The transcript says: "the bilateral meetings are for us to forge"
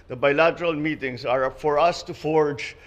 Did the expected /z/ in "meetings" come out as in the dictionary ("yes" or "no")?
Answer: no